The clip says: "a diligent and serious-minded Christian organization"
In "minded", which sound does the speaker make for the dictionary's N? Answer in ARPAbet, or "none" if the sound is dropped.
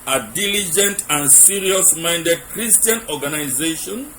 N